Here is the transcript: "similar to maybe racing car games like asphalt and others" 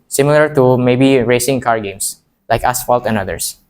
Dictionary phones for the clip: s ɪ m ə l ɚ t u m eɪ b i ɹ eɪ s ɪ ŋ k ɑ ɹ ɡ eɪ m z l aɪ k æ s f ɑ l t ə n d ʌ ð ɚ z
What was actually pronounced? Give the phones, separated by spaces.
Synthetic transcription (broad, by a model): s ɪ m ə l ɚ t u m eɪ b i ɹ eɪ s ɪ ŋ k ɑ ɹ ɡ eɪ m s l aɪ k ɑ s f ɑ l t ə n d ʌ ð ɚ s